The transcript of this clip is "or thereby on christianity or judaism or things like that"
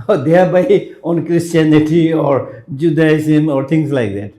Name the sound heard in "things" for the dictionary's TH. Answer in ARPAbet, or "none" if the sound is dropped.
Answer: T